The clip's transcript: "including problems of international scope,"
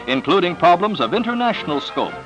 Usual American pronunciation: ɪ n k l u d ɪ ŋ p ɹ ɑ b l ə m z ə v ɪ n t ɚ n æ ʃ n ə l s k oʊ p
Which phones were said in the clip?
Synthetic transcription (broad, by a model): ɪ n k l u d ɪ ŋ p ɹ ɑ b l ə m z ə v ɪ n t ɚ n æ ʃ n l s k oʊ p